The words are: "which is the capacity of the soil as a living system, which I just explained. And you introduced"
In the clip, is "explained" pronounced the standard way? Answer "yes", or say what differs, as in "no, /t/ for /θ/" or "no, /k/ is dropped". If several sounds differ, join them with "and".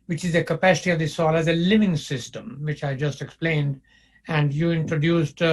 yes